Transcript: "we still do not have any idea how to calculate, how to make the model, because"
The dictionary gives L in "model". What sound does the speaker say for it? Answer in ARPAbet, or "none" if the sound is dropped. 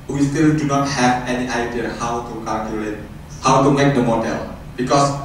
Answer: L